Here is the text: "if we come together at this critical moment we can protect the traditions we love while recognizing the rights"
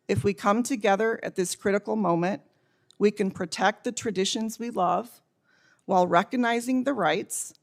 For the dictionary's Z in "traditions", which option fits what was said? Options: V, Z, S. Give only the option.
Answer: Z